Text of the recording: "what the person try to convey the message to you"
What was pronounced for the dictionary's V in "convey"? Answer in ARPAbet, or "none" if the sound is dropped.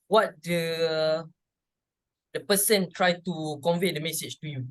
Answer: V